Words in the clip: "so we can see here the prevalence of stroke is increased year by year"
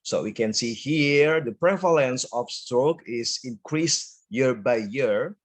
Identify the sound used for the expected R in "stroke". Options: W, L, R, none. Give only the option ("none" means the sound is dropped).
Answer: R